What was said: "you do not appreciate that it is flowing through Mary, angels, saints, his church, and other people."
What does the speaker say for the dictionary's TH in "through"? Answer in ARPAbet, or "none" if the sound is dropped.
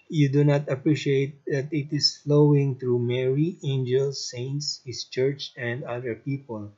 T